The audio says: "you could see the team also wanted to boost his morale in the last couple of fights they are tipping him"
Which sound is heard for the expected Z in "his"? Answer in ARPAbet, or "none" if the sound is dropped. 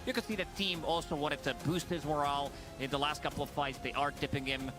Z